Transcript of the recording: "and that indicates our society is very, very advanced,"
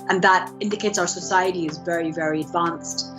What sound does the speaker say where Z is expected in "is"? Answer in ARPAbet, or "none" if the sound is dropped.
Z